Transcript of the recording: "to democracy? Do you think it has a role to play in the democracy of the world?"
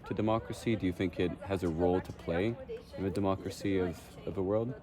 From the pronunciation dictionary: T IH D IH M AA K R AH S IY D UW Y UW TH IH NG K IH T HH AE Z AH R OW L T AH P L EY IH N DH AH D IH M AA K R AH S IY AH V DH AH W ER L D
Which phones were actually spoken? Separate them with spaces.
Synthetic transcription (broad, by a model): T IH D IH M AA K R AH S IY D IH Y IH TH IH NG K IH T HH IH Z AH R OW L T AH P L EY IH N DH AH D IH M AA K R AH S IY AH V DH AH W ER L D